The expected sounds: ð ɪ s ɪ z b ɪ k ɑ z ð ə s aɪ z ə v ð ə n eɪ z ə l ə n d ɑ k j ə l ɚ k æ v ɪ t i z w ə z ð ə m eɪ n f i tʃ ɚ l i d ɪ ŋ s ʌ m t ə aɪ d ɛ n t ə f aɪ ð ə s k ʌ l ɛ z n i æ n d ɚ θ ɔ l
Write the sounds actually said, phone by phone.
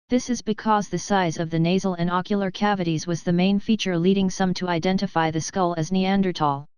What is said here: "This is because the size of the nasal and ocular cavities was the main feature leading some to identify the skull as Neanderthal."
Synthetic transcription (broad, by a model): ð ɪ s ɪ z b ɪ k ɑ z ð ə s aɪ z ə v ð ə n eɪ z l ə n ɑ k j l ɚ k æ v ɪ t i z w ə z ð ə m eɪ n f i tʃ ɚ l i d ɪ ŋ s ʌ m t ə aɪ d ɛ n t ə f aɪ ð ə s k ʌ l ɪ z n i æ n d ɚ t ɔ l